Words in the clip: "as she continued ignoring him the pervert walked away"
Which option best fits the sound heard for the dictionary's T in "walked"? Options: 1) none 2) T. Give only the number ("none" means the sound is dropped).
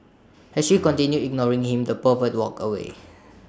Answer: 1